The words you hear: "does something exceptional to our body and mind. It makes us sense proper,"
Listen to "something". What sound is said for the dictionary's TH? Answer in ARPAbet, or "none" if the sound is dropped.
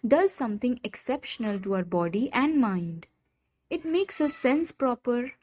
T